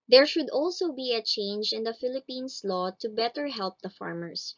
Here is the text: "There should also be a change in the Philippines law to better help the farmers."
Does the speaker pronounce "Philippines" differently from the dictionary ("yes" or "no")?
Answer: yes